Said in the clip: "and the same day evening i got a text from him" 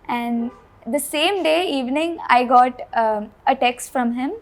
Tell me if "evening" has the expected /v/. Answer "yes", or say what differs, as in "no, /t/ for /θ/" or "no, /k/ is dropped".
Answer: yes